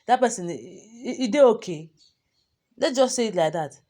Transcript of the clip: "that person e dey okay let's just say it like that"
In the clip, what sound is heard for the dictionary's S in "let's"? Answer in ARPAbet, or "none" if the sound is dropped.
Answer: none